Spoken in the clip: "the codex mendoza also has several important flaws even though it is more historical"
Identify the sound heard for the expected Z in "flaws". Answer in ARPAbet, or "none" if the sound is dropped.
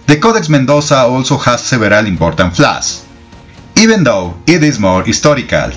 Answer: S